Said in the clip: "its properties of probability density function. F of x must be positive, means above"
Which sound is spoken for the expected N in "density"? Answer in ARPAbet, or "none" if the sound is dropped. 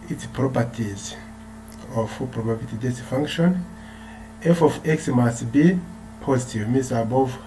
none